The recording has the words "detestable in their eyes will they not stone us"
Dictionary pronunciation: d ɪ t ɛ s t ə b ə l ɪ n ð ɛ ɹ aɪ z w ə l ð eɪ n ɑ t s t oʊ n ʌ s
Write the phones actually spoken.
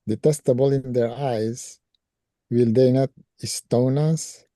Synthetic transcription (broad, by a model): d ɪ t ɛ s t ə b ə l ɪ n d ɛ ɹ aɪ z w ə l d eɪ n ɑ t s t oʊ n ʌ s